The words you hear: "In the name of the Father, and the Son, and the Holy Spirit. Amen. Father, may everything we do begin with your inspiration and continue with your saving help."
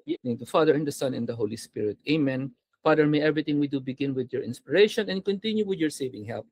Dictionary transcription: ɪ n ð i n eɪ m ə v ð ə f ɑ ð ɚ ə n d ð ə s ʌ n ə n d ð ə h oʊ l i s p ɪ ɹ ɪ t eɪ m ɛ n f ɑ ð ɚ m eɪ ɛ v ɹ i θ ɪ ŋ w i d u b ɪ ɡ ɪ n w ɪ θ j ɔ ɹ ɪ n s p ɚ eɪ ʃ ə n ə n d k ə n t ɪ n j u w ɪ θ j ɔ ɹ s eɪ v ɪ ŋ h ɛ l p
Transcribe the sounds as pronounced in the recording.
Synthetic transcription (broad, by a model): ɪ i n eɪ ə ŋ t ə f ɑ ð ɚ ə n d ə s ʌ n ə n d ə h oʊ l i s p ɪ ɹ ɪ t eɪ m ɛ n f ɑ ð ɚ m eɪ ɛ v ɹ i t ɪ ŋ w i d u b ɪ ɡ ɪ n w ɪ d j ɔ ɹ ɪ n s p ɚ eɪ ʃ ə n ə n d k ə n t ɪ n j u w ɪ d j ɔ ɹ s eɪ v ɪ ŋ h ɛ l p